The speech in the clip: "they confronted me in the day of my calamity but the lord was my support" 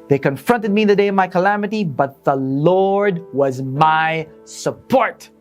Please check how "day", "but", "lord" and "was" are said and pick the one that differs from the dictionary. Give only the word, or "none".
none